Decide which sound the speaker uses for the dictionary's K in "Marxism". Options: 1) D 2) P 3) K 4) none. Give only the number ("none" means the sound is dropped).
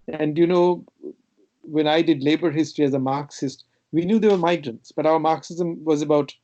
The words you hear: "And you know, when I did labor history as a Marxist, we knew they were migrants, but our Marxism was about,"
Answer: 3